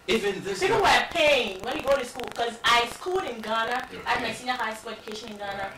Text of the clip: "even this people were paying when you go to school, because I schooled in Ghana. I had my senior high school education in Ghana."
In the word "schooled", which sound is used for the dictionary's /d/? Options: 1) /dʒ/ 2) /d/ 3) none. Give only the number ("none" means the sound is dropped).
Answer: 3